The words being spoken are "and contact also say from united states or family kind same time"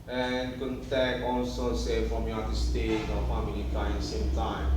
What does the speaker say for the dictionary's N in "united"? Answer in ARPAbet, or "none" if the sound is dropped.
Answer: none